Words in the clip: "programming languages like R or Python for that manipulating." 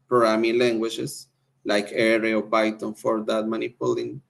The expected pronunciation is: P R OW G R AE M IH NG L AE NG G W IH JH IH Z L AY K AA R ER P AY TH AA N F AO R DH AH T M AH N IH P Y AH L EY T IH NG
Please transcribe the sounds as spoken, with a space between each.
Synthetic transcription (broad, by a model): P R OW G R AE M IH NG L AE NG G W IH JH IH S L AY K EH R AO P AY T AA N F AO R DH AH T M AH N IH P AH L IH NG